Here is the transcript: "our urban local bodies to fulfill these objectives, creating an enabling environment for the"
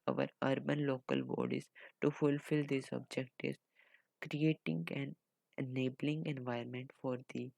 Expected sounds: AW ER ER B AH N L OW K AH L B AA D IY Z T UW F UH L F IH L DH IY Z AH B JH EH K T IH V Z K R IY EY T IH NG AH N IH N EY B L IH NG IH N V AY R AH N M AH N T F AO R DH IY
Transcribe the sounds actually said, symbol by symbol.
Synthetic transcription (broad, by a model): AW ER ER B AH N L OW K AH L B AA D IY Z T UW F UH L F IH L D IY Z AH B JH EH K T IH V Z K R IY EY T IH NG AH N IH N EY B L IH NG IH N V AY AH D M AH N T F AO R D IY